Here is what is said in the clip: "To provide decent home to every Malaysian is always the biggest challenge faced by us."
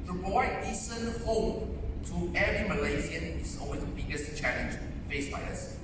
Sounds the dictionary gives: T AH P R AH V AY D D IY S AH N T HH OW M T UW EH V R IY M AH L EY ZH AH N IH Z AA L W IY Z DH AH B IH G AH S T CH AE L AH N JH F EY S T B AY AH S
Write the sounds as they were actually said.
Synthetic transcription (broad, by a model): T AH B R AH IH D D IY S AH N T HH OW M T UW EH V R IY M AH L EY Z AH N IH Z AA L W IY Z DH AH B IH G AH S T CH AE L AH N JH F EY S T B AY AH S